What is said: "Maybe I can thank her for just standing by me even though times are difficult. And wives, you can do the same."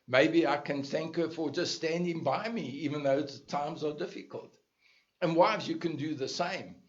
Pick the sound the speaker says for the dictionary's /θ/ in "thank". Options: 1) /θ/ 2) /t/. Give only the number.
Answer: 1